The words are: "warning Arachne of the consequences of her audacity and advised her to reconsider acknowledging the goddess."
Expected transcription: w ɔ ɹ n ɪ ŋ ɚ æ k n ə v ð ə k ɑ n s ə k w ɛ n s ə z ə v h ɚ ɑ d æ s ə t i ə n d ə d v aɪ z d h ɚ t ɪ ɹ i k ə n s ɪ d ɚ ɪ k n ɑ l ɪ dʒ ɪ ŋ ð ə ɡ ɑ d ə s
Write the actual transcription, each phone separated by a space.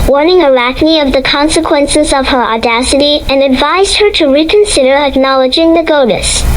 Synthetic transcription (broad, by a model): w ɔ ɹ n ɪ ŋ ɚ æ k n ə v ð ə k ɑ n s ə k w ɛ n s ə z ə v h ɚ ɑ d æ s ə t i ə n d ə d v aɪ z d h ɚ t ɪ ɹ i k ə n s ɪ d ɚ ɪ k n ɑ l ɪ dʒ ɪ ŋ ð ə ɡ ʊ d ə s